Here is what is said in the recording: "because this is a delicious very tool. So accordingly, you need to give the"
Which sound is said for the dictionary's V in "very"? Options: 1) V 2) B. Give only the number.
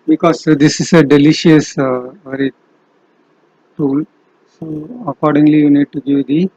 1